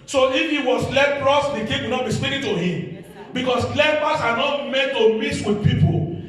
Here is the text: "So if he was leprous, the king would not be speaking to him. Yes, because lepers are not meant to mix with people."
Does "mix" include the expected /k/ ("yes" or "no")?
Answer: no